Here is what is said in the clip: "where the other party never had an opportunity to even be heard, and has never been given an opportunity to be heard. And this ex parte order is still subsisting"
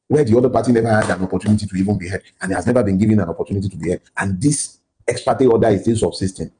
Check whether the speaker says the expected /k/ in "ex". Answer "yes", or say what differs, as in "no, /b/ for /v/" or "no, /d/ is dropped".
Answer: yes